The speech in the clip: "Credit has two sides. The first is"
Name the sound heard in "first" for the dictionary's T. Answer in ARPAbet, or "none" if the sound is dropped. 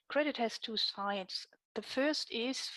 T